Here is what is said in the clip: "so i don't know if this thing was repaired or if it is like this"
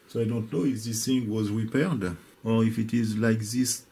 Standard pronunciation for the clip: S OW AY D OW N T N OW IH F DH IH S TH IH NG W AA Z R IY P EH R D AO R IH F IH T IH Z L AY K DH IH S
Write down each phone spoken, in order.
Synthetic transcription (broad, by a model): S OW AY D OW N T N OW IH F DH IH S TH IH NG W AA Z R IY P EH R D AO R IH F IH T IH Z L AY K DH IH S